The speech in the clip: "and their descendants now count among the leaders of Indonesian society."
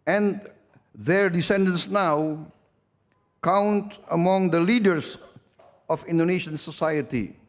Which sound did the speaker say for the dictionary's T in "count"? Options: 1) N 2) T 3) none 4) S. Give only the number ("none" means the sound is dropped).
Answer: 2